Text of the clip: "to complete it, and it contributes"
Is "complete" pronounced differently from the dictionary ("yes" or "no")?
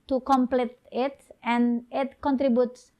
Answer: no